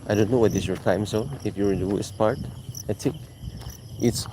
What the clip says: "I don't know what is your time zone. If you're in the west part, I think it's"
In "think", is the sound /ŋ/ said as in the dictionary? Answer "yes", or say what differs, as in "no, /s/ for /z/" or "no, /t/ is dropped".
no, /ŋ/ is dropped